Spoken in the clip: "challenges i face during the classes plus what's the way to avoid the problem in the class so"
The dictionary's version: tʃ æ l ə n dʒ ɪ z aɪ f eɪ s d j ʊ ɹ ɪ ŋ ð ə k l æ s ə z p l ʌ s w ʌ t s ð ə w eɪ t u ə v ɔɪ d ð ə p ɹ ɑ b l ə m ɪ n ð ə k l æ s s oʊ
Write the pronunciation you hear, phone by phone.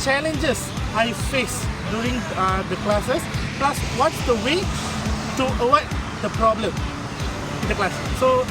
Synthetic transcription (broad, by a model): tʃ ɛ l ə n dʒ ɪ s aɪ f eɪ s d j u ɹ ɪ ŋ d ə k l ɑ s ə s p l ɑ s w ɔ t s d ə w eɪ t u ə w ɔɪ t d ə p ɹ ɑ b l ə m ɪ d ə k l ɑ s s oʊ